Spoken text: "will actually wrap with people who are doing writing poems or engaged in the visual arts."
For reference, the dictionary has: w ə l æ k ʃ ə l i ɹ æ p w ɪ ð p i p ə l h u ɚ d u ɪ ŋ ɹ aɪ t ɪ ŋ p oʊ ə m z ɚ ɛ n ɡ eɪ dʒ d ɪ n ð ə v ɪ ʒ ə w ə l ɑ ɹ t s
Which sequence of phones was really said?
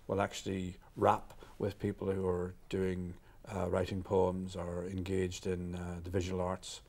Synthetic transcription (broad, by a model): w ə l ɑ k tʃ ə l i ɹ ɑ p w ɪ ð p i p ə l h u ɚ d u ɪ ŋ ɹ aɪ t ɪ ŋ p oʊ ə m z ɚ ɛ n ɡ eɪ dʒ d ɪ n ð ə v ɪ ʒ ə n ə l ɑ ɹ t s